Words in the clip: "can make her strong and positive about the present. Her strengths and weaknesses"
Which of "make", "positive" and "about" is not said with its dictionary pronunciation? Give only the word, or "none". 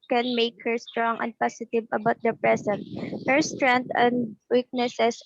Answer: positive